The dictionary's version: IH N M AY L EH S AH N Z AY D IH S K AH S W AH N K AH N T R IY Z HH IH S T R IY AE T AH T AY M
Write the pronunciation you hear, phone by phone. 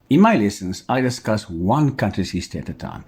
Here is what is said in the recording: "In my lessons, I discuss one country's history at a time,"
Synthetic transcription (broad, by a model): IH N M AY L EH S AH N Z AY D IH S K AH S W AH N K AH N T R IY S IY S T IY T AH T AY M